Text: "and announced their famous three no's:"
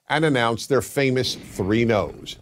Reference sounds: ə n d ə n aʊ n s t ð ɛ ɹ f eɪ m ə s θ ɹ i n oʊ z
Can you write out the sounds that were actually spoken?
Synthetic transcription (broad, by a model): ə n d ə n aʊ n s ð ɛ ɹ f eɪ m ə s θ ɹ i n oʊ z